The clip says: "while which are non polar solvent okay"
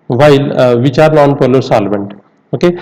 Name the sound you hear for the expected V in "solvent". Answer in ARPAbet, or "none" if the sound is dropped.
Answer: B